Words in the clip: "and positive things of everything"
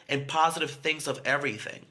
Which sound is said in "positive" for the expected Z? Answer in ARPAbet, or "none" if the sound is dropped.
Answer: Z